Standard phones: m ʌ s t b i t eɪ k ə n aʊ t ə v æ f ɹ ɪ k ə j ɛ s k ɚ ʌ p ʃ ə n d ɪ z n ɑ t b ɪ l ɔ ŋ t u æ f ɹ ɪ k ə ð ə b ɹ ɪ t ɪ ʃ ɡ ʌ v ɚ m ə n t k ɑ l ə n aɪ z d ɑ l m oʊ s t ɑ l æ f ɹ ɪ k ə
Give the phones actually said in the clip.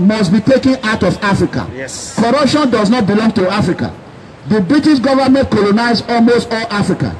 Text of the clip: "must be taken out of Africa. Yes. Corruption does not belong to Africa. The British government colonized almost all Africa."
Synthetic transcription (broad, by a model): m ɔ s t b i t eɪ k ə n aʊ t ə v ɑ f ɹ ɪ k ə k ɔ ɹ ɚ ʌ p ʃ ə n d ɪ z n ɑ t b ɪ l ɔ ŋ t u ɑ f ɹ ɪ k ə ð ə b ɹ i t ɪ ʃ ɡ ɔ v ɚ m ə n t k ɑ l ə n aɪ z ɑ l m oʊ s t ɑ l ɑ f ɹ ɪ k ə